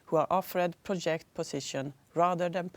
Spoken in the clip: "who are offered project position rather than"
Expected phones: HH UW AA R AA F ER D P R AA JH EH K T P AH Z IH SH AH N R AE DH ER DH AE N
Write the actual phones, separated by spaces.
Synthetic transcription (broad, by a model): HH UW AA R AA F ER D P R AA JH EH K T P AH S IH SH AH N R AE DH ER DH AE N